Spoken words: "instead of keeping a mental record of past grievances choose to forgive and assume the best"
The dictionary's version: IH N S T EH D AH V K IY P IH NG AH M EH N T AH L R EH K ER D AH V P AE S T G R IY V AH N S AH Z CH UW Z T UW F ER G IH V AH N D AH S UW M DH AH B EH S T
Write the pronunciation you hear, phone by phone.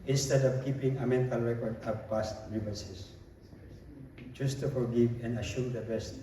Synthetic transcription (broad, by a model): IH N S T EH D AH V K IY P IH NG AH M EH N T AH L R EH K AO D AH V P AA S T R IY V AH S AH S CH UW S T UW F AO G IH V AH N D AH SH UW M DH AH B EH S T